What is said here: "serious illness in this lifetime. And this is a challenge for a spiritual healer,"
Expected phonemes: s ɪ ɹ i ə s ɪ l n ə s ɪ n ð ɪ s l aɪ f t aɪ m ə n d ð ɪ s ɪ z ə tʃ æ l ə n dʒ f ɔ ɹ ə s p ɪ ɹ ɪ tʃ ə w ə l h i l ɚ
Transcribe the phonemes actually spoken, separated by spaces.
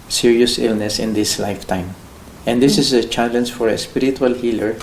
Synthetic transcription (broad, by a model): s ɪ ɹ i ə s ɪ l n ə s ɪ n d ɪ s l aɪ f t aɪ m ə n d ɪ s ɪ s ə tʃ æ l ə n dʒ f ɔ ɹ ə s p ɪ ɹ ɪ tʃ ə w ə l h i l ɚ